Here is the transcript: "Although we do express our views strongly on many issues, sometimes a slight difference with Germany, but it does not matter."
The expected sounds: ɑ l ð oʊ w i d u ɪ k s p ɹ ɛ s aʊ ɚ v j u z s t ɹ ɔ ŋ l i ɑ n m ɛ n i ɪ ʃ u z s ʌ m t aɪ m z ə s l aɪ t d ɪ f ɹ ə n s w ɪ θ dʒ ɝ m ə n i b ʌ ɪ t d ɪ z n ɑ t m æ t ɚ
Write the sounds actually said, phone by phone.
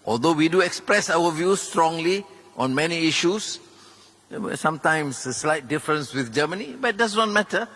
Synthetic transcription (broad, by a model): ɑ l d oʊ w i d u ɪ k s p ɹ ɛ s aʊ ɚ v j u s t ɹ ɔ ŋ l i ɑ n m ɛ n i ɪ ʃ u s s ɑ m t aɪ m s ə s l aɪ t d ɪ f ɹ ə n s w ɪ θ dʒ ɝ m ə n i b ɪ t d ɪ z n ɑ t m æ t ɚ